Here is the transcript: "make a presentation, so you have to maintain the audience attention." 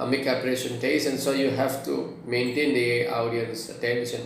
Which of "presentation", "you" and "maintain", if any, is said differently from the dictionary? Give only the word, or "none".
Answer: presentation